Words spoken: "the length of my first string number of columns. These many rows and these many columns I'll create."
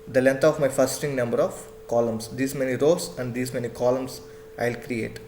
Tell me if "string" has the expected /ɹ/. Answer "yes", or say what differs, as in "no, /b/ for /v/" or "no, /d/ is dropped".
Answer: no, /ɹ/ is dropped